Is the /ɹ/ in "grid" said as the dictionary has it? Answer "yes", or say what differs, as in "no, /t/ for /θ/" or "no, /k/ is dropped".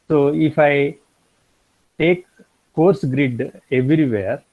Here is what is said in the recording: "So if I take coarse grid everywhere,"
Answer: yes